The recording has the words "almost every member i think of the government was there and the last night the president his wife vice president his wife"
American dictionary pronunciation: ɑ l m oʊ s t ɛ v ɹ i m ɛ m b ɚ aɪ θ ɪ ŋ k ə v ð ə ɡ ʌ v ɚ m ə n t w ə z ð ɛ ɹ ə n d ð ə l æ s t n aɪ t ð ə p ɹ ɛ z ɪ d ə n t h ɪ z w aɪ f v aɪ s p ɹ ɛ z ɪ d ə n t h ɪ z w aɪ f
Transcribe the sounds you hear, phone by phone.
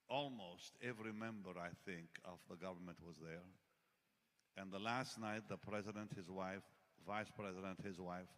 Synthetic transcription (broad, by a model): ɑ l m oʊ s t ɛ v ɹ i m ɛ m b ɚ aɪ θ ɪ ŋ k ə v ð ə ɡ ʌ v ɚ m ə n t w ə z ð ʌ ɹ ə n ð ə l æ s t n aɪ t ð ə p ɹ ɛ z ɪ d ə n t h ɪ z w aɪ f v aɪ s p ɹ ɛ z ɪ d ə n t h ɪ z w aɪ f